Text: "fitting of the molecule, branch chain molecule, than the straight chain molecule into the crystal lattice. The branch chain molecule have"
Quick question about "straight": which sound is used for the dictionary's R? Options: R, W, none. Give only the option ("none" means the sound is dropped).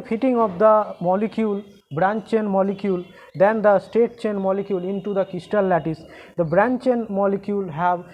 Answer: none